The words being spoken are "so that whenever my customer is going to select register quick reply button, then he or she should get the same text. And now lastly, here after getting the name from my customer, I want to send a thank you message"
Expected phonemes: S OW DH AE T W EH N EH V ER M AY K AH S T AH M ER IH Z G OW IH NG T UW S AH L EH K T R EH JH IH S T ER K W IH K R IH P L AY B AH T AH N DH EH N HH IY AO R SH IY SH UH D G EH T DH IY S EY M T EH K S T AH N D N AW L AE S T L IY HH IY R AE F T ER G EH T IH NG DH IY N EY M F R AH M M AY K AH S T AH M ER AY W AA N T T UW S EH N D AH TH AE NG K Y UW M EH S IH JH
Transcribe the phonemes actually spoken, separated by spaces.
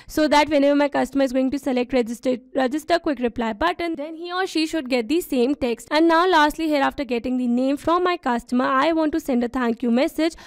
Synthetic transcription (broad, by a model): S OW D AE T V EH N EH V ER M AY K AH S T AH M ER IH Z G OW IH NG T UW S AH L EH K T R EH JH IH S T ER K W IH K R IH P L AY B AH T AH N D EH N HH IY AO R SH IY SH UH D G EH T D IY S EY M T EH K S T AH N D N AW L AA S T L IY HH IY R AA F T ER G EH T IH NG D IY N EY M F R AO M M AY K AH S T AH M ER AY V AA N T T UW S EH N D AH T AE NG K Y UW M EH S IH JH